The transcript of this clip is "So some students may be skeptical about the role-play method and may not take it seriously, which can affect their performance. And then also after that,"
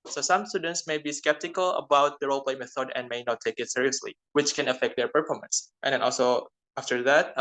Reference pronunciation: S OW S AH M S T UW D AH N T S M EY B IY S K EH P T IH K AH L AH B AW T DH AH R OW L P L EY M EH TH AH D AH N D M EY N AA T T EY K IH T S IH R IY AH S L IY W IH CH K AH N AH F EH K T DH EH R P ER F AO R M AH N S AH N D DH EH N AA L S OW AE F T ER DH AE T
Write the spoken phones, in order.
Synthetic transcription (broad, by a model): S OW S AH M S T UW D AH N T S M EY B IY S K EH P T IH K AH L AH B AW T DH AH R OW L P L EY M EH TH AH D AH N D M EY N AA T T EY K IH T S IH R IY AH S L IY W IH CH K AH N AH F EH K T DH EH R P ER F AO R M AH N S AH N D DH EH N AA L S OW AE F T ER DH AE T